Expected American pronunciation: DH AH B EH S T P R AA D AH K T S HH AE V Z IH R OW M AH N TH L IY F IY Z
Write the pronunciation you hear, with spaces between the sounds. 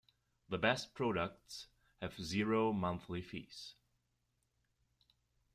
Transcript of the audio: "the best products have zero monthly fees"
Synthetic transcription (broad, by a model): DH AH B EH S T P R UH D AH K T S HH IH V Z IH R OW M AH N TH L IY F IY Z